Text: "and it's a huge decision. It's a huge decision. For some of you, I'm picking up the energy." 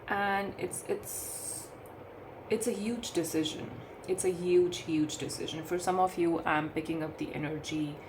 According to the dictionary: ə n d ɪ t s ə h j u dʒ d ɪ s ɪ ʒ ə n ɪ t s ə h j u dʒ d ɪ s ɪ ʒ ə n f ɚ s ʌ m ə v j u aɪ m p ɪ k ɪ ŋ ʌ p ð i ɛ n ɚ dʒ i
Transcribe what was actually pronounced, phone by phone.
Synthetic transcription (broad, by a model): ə n d ɪ t s ə h j u dʒ d ɪ s ɪ ʒ ə n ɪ t s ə h j u dʒ d ɪ s ɪ ʒ ə n f ɚ s ʌ m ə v j u aɪ m p ɪ k ɪ ŋ ʌ p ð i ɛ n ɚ dʒ i